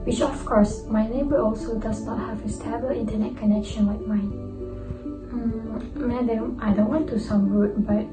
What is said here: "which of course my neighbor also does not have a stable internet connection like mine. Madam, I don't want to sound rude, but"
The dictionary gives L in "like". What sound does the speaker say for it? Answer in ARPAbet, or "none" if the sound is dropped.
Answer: W